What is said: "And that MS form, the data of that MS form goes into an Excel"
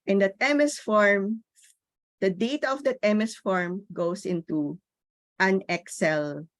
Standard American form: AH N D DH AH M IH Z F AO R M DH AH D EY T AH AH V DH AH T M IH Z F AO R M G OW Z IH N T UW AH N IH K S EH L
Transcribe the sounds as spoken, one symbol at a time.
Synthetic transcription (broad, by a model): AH N D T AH M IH S F AO R M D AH D EY T AH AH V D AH T M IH S F AO R M G OW S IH N T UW AH N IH K S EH L